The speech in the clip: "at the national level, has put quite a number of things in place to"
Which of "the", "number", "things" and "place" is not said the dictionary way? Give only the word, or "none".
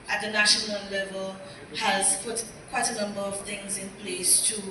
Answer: none